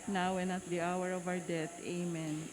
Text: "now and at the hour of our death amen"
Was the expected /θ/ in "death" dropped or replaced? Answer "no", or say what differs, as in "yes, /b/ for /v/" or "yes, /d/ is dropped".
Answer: yes, /t/ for /θ/